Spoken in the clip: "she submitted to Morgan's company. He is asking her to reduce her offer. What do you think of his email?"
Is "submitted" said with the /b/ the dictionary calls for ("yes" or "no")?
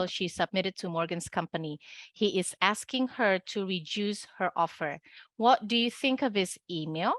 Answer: yes